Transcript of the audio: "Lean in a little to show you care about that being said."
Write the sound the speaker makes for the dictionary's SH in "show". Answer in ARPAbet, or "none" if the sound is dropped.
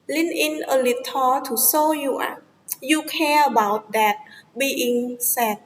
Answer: S